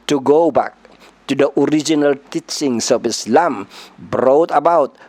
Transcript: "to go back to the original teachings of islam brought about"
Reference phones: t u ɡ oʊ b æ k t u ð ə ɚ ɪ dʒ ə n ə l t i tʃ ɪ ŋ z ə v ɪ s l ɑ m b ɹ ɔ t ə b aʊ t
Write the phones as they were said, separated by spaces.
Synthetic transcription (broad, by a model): t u ɡ oʊ b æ k t u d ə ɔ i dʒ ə n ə l t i tʃ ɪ ŋ s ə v ɪ s l ɑ m b ɹ ɔ t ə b aʊ t